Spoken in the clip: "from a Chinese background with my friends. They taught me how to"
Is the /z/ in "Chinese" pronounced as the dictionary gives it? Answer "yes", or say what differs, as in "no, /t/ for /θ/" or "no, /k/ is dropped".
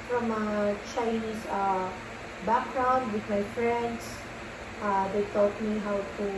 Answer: no, /s/ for /z/